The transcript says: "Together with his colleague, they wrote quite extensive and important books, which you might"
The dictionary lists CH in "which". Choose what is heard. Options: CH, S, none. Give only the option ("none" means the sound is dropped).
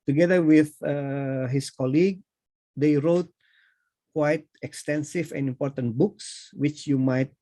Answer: CH